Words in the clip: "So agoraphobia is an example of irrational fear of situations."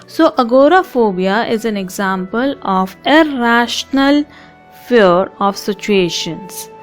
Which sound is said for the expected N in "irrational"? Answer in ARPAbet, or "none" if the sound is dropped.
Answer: N